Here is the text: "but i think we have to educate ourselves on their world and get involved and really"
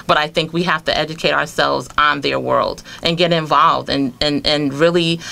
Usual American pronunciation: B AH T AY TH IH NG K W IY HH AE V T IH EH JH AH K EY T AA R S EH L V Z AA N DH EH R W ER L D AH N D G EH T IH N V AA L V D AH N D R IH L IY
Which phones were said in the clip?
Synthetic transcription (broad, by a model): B AH T AY TH IH NG K W IY HH AE F T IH EH JH AH K EY T AA R S EH L V Z N DH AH R W ER L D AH N G EH T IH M V AA L V D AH N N R IH L IY